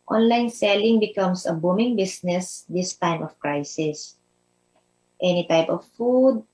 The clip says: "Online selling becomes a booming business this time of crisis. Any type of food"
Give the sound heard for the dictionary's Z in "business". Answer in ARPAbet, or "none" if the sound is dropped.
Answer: S